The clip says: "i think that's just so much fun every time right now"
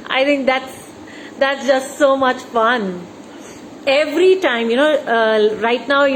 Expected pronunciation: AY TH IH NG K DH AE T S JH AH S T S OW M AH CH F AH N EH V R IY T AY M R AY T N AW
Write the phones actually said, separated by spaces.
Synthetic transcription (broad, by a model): AY T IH NG K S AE T S JH AH S T S OW M AH CH F AH N EH V R IY T AY M R AY T N AW